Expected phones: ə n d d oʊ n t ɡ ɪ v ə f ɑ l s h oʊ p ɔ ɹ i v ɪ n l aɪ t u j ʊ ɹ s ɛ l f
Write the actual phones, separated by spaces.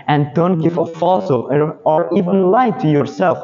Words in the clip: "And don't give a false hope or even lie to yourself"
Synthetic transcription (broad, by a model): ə n d d oʊ n t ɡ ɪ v ə f ɑ l s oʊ ɔ ɹ i v ɪ n l aɪ t u j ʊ ɹ s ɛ l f